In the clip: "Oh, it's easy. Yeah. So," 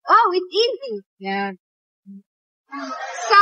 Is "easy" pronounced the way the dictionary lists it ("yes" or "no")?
yes